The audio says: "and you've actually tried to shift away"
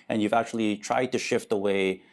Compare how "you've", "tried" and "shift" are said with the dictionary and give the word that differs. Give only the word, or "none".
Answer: none